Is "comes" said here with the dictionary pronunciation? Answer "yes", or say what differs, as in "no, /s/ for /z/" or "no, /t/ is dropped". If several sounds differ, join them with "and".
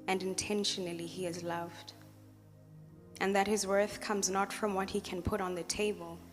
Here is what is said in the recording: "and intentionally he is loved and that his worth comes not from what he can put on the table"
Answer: yes